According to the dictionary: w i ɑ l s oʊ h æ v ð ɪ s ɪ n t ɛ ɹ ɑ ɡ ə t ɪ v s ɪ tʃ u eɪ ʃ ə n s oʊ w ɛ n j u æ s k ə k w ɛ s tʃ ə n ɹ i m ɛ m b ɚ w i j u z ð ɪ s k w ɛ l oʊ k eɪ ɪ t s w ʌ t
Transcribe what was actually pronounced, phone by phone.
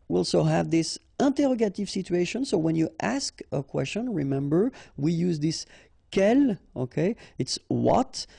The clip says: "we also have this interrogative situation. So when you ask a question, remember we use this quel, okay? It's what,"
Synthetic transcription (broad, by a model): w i ɑ l s oʊ h æ v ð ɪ s ɪ n t ɛ ɹ ɑ ɡ ə t ɪ v s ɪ tʃ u eɪ ʃ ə n s oʊ w ɛ n j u æ s k ə k w ɛ s tʃ ə n ɹ i m ɛ m b ɚ w i j u z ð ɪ s k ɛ l oʊ k eɪ ɪ t s w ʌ t